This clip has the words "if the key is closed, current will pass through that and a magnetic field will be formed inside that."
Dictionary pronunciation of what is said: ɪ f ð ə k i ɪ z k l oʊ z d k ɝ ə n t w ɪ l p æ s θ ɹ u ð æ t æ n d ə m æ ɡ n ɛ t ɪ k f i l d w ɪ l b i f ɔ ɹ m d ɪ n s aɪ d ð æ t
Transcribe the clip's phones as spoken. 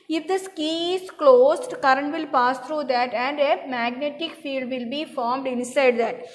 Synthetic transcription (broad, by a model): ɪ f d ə k i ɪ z k l oʊ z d k ɝ ə n t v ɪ l p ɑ s t ɹ u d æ t æ n d ə m æ ɡ n ɛ t ɪ k f i l d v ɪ l b i f ɔ ɹ m d ɪ n s aɪ d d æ t